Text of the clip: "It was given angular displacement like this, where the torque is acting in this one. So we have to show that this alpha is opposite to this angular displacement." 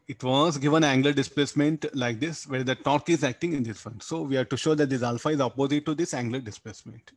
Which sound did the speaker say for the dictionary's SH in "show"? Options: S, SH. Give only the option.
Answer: SH